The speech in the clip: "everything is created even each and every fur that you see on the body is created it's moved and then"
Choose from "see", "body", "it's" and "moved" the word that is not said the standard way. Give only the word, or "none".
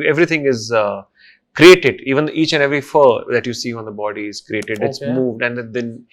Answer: none